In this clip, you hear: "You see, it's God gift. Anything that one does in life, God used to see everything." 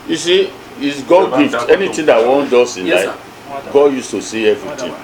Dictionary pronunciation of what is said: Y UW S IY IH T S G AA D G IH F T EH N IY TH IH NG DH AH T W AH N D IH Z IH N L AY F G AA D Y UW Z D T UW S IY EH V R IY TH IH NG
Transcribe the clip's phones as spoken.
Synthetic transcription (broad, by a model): Y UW S IY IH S G AA D G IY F T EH N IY T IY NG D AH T W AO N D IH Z IH N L AY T G AA D Y UW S T UW S IY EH V R IY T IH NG